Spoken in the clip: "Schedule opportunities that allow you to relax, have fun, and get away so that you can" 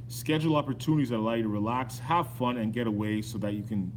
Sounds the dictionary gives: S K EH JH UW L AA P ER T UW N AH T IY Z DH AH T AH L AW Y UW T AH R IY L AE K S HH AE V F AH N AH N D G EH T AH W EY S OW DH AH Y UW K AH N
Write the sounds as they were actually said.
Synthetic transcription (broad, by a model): S K EH JH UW L AA P ER T UW N AH T IY Z DH AH T AH L AW Y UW T AH R IY L AE K S HH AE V F AH N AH N G EH T AH W EY S OW DH AH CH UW K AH N